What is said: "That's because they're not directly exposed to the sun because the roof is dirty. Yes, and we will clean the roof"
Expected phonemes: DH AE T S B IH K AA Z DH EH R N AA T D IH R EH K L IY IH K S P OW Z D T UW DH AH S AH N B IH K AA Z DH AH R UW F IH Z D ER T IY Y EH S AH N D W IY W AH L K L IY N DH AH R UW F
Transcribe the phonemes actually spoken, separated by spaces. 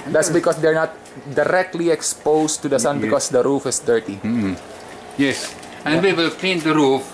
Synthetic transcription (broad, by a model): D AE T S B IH K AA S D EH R N AA T D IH R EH K L IY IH K S P OW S T UW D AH S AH N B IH K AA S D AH R UW F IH S D ER T IY Y EH S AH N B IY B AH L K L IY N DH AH R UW F